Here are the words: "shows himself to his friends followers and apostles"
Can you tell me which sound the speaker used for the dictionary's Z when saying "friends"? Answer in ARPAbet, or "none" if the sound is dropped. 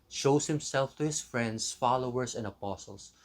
S